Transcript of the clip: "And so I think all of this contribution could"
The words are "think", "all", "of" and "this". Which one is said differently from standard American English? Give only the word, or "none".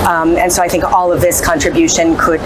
none